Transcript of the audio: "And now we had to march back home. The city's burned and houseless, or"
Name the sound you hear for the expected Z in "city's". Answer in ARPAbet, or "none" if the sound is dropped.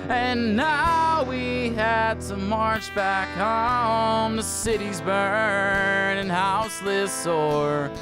Z